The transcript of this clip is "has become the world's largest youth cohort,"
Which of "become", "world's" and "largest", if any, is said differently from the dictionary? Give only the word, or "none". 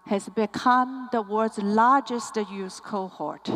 world's